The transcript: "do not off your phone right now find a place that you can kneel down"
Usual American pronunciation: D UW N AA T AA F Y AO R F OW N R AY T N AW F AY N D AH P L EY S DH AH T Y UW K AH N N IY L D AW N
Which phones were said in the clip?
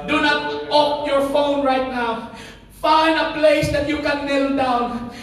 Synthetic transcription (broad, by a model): D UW N AA T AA P Y AO R F OW N R AY T N AW F AY N D AH P L EY S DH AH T Y UW K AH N N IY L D AW N